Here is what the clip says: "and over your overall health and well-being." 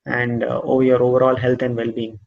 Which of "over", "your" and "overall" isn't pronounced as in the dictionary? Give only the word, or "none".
none